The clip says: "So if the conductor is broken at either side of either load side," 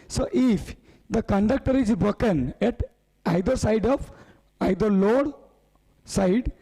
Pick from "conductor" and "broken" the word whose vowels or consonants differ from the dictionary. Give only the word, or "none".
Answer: broken